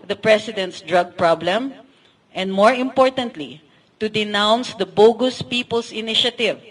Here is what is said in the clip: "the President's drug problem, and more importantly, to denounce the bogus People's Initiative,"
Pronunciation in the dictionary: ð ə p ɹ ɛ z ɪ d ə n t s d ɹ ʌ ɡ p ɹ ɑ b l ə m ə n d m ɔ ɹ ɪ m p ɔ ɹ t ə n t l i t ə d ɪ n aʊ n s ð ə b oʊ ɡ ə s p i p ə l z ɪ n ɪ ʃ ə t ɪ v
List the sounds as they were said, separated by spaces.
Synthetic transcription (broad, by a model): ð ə p ɹ ɛ s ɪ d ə n t s d ɹ ʌ ɡ p ɹ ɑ b l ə m ə n d m ɔ ɹ ɪ m p ɔ ɹ t ə n t l i t ə d ɪ n aʊ n s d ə b oʊ ɡ ə s p i p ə l s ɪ n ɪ ʃ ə t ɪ v